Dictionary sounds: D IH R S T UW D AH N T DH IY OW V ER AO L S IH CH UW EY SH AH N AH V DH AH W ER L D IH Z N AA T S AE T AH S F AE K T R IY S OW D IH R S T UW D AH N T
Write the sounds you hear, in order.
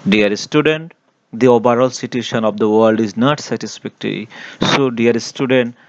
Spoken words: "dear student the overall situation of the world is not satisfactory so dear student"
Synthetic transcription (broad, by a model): D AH R S T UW D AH N T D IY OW B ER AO L S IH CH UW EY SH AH N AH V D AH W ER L D IH Z N AA T S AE T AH S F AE K T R IY S OW D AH R S T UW D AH N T